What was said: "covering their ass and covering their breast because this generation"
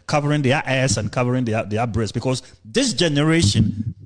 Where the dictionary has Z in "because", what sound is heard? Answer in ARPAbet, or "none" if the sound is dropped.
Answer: S